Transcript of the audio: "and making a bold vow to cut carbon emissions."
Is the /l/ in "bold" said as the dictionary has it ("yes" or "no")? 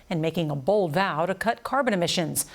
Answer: yes